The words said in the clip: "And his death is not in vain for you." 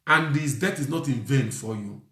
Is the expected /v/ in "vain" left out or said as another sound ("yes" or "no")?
no